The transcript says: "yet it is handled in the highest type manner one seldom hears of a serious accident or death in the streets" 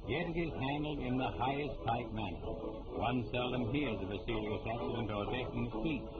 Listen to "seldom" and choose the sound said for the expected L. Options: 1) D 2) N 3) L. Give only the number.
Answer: 3